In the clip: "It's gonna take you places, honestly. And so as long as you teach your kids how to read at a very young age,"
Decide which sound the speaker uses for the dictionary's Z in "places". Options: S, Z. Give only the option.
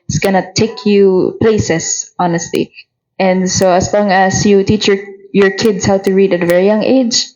S